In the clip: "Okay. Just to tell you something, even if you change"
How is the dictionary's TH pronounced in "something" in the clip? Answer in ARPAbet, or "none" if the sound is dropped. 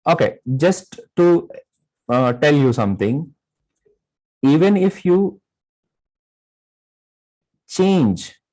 T